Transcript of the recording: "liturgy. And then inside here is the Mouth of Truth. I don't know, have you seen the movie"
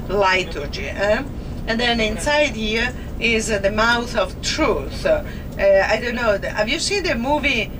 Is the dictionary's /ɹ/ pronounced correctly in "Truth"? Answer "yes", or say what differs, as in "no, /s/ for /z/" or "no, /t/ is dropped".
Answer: yes